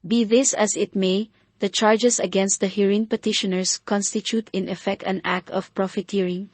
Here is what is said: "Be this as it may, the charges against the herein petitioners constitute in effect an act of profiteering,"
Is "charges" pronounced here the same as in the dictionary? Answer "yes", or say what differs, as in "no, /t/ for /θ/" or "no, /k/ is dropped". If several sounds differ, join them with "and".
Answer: no, /s/ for /z/